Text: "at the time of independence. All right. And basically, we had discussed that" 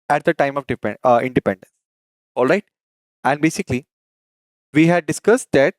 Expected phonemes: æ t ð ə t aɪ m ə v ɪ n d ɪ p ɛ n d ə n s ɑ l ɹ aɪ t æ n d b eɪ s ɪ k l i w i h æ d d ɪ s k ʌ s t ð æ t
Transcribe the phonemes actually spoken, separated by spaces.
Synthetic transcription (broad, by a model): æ t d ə t aɪ m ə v ɪ n d ɪ p ɛ n d ə n s ɑ l ɹ aɪ t æ n d b eɪ s ɪ k l i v i h æ d d ɪ s k ʌ s t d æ t